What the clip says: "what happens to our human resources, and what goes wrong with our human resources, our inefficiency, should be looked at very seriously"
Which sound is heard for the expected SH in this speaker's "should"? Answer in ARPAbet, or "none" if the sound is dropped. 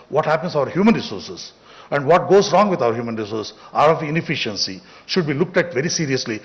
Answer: SH